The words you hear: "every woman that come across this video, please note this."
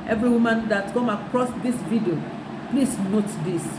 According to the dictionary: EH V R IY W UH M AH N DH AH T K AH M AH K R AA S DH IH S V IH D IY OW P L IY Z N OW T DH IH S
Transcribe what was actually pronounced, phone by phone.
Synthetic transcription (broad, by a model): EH V R IY W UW M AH N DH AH T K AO M AH K R AA S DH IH S V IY D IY OW P L IY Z N OW T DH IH S